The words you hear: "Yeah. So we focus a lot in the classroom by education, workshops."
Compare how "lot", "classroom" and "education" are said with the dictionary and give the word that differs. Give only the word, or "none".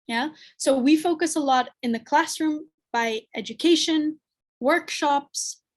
none